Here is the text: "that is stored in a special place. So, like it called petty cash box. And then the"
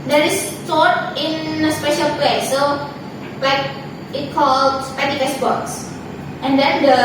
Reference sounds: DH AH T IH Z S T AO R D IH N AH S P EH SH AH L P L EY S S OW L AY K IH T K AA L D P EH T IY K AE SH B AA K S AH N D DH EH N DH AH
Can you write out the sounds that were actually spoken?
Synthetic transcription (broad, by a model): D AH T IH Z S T AO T IH N AH S P EH SH AH L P L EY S S OW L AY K IH T K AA L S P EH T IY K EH S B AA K S AH N D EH N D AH